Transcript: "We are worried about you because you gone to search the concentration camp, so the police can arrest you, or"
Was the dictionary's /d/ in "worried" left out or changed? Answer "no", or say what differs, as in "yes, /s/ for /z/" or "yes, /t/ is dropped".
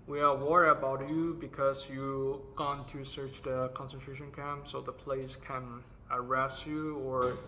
yes, /d/ is dropped